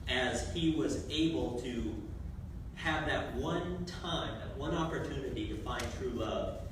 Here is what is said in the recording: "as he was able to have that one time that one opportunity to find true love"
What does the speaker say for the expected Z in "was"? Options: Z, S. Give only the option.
Z